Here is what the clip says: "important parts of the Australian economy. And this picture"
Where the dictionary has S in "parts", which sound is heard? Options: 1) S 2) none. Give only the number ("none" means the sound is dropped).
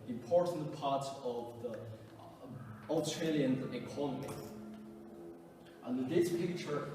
2